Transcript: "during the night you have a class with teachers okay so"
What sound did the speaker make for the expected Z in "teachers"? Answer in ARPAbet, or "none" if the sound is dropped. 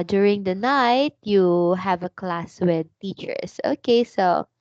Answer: S